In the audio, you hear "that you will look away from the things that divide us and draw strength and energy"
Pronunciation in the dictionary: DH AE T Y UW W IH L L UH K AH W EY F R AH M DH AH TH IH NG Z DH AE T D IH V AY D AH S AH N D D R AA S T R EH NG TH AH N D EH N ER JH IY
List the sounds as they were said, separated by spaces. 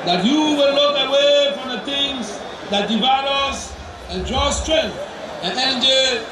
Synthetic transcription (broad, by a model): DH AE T Y UW W IH L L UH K AH W EY F R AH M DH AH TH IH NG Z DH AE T D IH V AY D AH S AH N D D R AA S T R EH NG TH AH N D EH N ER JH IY